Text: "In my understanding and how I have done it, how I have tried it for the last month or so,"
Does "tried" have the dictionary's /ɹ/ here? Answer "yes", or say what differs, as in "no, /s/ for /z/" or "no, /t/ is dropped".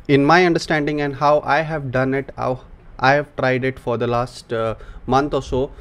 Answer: yes